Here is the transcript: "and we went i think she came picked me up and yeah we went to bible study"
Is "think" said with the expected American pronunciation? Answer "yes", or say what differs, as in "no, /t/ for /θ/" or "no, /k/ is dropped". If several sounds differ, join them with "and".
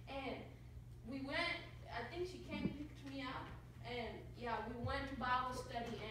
yes